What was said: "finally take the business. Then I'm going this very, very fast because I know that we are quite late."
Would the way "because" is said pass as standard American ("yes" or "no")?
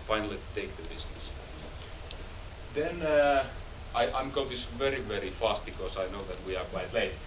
no